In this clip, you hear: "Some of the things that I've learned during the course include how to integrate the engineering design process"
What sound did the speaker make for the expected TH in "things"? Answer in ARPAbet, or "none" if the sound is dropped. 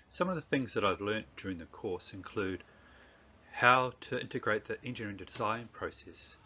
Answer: TH